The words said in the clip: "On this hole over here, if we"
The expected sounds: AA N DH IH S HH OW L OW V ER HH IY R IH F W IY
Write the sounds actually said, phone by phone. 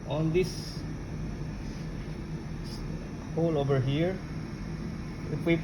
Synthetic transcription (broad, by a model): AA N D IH S HH OW L OW V ER HH IY R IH P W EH